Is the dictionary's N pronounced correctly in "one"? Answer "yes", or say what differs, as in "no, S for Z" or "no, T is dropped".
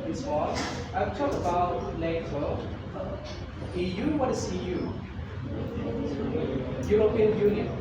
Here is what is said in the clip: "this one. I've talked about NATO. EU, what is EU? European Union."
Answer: no, N is dropped